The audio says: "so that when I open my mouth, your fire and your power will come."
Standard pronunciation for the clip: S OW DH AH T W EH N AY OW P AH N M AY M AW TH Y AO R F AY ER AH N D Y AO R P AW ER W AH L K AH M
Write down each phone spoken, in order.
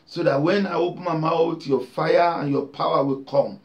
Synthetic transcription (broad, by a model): S OW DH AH T W EH N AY OW P AH N M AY M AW T Y AO F AY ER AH N Y AO P AW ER W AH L K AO M